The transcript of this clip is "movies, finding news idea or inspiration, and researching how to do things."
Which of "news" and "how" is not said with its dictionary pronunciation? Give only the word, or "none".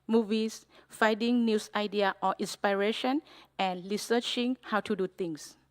news